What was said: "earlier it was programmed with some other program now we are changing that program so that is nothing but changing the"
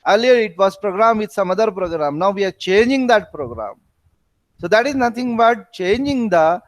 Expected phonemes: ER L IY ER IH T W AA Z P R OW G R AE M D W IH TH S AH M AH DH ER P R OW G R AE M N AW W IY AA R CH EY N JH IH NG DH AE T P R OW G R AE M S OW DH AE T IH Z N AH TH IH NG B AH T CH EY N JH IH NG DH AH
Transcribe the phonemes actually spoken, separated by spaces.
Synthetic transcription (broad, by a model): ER L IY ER IH T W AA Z P R OW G R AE M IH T S AH M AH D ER P R OW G R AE M N AW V IY AA R CH EY N JH IH NG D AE T P R OW G R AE M S OW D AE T IH Z N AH T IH NG B AH T CH EY N JH IH NG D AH